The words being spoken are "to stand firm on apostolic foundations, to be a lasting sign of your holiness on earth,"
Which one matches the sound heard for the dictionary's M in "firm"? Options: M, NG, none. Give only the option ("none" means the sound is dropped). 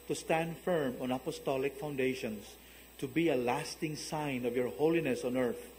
M